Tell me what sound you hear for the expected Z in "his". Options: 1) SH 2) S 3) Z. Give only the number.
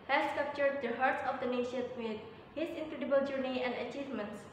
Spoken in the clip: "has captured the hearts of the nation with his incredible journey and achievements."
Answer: 2